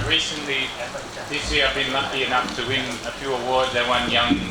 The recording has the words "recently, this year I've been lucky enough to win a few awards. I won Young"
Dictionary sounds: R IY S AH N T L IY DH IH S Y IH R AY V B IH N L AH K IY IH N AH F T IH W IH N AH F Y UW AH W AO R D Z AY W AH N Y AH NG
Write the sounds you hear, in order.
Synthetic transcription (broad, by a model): R IY S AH N T L IY DH IH S Y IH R AY V B IH N L AH K IY IH N AH F T IH W IH N AH F Y UW AH W AO R D Z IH W AH N Y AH NG